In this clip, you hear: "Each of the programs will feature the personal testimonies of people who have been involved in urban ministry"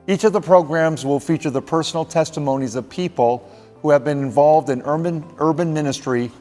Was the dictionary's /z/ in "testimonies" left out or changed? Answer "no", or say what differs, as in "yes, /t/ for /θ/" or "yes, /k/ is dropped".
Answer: no